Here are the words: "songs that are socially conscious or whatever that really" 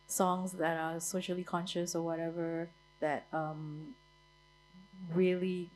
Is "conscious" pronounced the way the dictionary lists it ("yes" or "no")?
yes